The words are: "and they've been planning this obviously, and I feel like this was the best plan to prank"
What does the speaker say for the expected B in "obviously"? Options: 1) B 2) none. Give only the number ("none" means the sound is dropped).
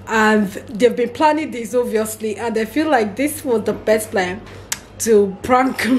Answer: 2